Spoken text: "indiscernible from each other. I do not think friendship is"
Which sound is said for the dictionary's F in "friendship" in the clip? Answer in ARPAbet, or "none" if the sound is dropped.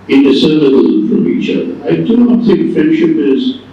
F